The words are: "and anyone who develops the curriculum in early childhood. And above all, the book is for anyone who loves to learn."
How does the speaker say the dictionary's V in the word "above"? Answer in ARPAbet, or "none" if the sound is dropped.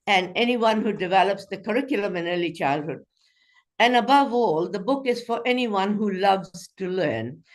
V